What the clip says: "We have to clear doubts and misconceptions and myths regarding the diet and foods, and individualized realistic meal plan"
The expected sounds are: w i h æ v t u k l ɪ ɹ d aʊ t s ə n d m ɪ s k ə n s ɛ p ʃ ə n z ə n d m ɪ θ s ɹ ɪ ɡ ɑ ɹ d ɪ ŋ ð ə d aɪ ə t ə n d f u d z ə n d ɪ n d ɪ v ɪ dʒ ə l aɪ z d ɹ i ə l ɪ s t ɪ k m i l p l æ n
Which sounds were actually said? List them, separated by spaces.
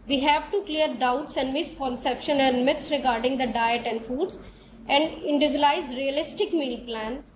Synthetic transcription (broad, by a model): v i h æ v t u k l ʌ ɹ d aʊ t s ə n d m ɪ s k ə n s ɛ p ʃ ə n ə n d m ɪ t ɹ ɪ ɡ ɑ ɹ d ɪ ŋ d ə d aɪ ə t ə n d f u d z ə n d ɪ n d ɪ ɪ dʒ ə l aɪ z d ɹ i ə l ɪ s t ɪ k m i l p l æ n